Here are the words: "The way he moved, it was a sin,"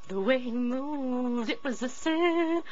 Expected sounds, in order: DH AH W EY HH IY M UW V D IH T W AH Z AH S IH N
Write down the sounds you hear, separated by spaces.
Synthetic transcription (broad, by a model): DH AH W EY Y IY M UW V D IH T W AH Z AH S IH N